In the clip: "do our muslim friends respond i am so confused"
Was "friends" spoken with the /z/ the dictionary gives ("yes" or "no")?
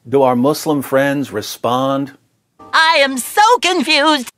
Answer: yes